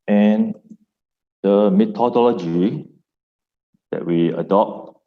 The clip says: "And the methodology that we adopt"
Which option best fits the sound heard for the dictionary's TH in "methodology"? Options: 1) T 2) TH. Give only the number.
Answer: 1